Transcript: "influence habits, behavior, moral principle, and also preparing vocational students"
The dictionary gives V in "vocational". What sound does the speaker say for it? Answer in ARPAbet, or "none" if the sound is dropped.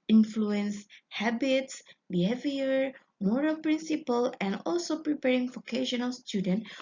F